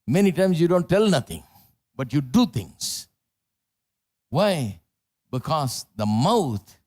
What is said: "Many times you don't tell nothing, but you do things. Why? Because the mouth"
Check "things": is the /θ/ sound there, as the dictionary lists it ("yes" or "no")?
no